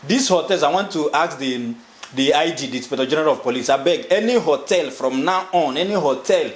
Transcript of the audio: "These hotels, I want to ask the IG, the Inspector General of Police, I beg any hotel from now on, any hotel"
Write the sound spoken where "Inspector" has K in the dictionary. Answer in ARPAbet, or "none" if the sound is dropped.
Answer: none